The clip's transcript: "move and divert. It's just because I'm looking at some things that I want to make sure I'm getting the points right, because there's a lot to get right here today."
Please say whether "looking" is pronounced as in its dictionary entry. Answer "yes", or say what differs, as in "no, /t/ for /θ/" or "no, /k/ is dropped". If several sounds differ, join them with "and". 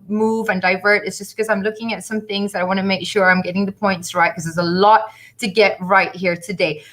yes